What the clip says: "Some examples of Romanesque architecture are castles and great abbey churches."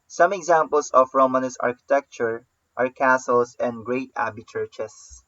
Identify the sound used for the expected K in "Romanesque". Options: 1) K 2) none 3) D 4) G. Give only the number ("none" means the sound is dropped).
2